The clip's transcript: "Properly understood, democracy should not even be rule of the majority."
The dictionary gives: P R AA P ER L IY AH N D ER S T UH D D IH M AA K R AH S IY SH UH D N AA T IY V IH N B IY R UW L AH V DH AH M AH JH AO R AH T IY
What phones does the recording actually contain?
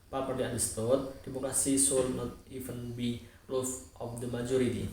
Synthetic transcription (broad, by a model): P AA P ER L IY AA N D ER S T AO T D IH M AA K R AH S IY S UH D N AA T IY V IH N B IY L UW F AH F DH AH M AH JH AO R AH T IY